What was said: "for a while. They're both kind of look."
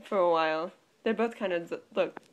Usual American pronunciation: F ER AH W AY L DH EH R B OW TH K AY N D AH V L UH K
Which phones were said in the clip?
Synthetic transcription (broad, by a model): F ER AH W AY L DH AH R B OW TH K AY N D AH L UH K